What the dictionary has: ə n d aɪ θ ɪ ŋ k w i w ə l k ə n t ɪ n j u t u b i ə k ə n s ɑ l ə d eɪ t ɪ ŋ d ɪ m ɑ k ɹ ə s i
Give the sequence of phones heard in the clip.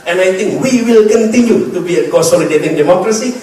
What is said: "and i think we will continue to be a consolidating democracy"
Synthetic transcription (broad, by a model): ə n aɪ t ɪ ŋ k w i w ə l k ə n t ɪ n j u t u b i ə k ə s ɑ l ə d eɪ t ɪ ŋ d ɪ m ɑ k ɹ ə s i